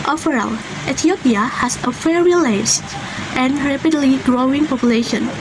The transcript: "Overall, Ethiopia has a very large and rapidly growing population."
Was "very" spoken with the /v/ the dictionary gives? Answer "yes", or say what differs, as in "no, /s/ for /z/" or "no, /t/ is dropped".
no, /f/ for /v/